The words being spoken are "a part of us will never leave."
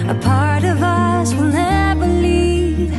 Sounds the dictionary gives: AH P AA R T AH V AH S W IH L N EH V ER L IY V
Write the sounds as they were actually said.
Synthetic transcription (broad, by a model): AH P AA R T AH V AH S W IH L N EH B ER L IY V